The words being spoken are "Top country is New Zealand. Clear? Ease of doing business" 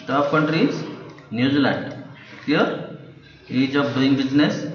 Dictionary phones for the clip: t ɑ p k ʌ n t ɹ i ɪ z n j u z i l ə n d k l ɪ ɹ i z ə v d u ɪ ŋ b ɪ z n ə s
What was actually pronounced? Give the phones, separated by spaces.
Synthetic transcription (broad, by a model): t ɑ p k ʌ n t ɹ i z n j u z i l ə n d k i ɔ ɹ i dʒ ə b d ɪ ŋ b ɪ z n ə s